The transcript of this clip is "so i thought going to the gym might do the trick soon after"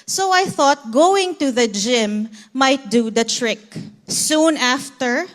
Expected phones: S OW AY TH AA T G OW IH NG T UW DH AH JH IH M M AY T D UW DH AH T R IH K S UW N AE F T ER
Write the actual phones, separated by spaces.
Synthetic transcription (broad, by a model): S OW AY TH AA T G OW IH NG T UW DH AH JH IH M M AY T D UW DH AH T R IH K S UW N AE F T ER